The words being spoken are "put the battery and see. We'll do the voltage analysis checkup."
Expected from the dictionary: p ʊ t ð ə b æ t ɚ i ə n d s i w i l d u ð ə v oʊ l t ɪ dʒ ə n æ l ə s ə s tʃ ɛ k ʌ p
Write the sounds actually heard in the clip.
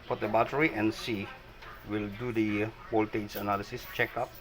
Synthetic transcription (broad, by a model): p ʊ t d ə b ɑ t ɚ i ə n s i w i l d u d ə b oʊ l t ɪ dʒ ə n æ l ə s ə s tʃ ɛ k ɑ p